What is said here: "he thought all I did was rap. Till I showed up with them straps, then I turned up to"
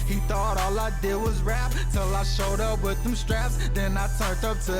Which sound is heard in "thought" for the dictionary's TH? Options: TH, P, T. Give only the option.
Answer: TH